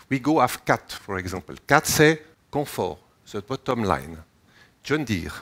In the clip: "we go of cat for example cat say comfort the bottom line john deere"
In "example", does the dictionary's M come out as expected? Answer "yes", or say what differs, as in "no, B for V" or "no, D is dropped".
no, M is dropped